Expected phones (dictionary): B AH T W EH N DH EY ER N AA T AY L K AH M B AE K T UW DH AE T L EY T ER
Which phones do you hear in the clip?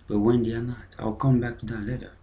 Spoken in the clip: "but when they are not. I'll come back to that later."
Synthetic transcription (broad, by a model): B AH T W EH N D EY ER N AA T AY L K AH M B AE K T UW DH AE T L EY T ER